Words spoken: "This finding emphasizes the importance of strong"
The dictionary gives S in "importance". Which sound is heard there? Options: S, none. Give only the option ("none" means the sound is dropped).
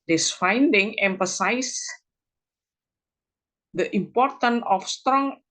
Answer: none